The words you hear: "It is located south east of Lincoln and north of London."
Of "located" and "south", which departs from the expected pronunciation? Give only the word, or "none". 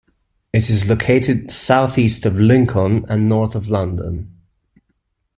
none